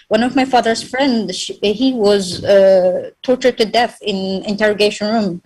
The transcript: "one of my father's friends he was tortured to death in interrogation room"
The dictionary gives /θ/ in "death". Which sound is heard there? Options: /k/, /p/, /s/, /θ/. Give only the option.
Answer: /θ/